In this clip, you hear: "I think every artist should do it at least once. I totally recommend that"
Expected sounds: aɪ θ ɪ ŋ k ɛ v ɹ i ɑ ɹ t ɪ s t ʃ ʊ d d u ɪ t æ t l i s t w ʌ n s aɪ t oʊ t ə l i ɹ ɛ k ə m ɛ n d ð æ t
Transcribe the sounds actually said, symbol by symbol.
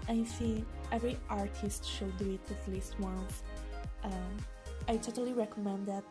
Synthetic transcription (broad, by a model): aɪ s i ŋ ɛ v ɹ i ɑ ɹ t ɪ s t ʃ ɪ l d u ɪ t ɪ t l i s t w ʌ n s aɪ t oʊ t ə l i ɹ ɛ k ə m ɛ n d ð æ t